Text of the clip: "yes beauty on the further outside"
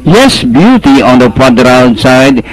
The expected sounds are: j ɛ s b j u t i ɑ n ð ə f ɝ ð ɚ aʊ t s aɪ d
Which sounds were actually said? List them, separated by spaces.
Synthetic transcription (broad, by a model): j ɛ s b j u t i ɑ n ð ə p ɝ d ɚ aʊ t s aɪ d